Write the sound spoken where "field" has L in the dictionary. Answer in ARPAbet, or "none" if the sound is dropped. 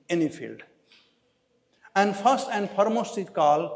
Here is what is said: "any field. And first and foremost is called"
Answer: L